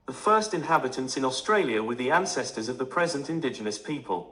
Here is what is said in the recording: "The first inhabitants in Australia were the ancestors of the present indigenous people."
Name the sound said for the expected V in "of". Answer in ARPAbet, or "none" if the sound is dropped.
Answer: V